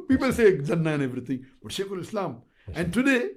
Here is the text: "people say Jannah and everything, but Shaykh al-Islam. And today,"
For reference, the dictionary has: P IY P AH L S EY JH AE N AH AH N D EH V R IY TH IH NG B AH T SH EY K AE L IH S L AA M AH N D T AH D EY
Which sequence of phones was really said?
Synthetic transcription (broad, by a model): P IY P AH L S EY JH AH N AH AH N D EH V R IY T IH NG B AH T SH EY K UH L IH S L AA M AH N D T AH D EY